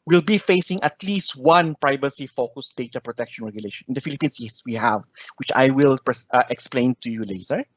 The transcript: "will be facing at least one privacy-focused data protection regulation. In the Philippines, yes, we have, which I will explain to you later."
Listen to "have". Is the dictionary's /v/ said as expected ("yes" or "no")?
yes